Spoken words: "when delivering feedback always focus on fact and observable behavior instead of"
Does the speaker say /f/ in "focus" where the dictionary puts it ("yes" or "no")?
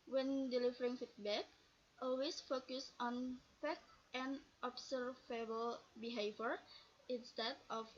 yes